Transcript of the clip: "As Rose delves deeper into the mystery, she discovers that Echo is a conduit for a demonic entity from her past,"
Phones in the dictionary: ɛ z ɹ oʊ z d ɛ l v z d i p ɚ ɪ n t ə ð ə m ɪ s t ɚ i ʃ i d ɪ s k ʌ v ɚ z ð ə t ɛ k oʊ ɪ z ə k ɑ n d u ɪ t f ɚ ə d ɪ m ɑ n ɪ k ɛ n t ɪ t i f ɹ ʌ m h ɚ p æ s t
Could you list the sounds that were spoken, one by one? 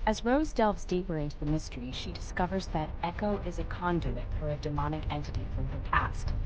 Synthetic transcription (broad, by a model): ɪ z ɹ oʊ z d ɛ l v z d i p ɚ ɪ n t ð ə m ɪ s t ɚ i ʃ i d ɪ s k ʌ v ɚ z ð ə t ɛ k oʊ ɪ z ə k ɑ n d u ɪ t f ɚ ə d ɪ m ɑ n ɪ k ɛ n t ɪ t i f ɹ ʌ m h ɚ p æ s t